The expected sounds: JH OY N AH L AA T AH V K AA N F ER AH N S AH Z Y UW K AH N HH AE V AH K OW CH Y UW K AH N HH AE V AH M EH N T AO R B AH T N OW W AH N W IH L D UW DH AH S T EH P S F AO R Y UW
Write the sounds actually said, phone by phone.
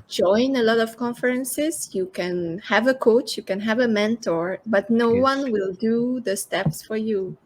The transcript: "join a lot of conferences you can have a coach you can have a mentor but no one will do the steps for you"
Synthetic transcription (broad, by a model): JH OY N AH L AA T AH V K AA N F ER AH N S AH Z Y UW K AH N HH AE V AH K OW CH Y UW K AH N HH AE V AH M EH N T AO R B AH T N OW W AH N W IH L D UW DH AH S T EH P S F AO R Y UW